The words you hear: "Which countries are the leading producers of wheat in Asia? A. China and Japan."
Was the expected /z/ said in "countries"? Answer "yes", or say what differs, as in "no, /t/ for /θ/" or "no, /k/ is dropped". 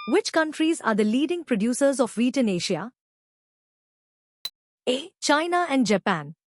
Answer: yes